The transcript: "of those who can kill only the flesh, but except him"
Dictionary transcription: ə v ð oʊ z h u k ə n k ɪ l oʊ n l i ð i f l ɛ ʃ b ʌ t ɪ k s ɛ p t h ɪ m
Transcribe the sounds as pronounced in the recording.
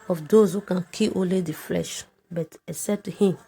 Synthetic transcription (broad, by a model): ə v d oʊ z h u k ə n k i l oʊ n l i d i f l ɛ ʃ b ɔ t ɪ s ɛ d t h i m